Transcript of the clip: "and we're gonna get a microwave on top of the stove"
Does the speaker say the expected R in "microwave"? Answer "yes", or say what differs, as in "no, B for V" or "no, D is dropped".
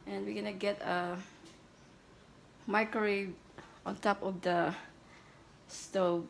no, R is dropped